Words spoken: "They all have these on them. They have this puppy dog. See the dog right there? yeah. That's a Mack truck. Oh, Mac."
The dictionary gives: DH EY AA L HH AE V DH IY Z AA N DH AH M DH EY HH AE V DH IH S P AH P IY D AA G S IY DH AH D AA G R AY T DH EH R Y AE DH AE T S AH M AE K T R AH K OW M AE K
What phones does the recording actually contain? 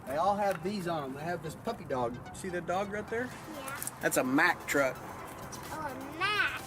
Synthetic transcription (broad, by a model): DH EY AA L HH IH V DH IY Z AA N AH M DH EY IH V DH IH S P AH P IY D AA G S IY DH AH D AA G R AY T DH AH R Y AE DH AE T S AH M AE K T R AH K OW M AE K